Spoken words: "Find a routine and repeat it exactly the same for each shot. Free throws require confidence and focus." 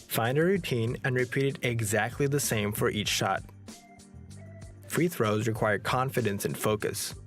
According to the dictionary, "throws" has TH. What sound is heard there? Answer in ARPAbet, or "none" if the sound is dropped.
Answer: TH